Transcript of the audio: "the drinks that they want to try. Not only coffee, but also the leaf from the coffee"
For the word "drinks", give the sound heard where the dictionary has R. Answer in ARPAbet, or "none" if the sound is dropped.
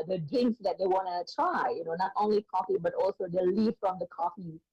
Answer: none